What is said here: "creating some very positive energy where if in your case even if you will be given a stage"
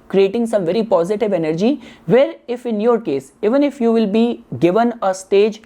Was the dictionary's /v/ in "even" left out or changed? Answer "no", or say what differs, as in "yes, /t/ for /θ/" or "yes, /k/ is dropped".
no